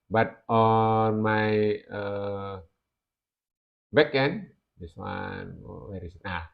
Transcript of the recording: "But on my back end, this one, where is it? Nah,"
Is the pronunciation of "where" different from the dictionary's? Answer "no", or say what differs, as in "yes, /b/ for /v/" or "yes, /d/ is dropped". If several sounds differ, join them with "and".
yes, /w/ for /ɹ/